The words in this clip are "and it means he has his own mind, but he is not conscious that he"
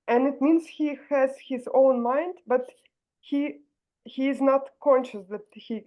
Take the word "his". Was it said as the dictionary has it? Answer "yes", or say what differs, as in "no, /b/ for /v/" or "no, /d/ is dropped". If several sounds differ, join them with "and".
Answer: yes